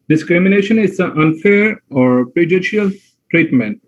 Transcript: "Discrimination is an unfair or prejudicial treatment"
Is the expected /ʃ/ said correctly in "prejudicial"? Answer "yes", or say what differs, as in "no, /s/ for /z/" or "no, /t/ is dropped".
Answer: no, /ʃ/ is dropped